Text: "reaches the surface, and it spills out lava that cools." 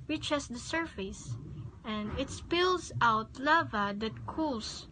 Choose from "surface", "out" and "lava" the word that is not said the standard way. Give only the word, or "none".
none